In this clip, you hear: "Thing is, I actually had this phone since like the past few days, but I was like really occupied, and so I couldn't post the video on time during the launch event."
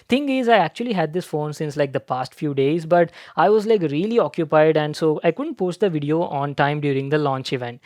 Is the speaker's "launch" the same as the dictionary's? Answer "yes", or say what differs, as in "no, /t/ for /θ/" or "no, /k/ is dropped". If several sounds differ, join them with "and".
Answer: yes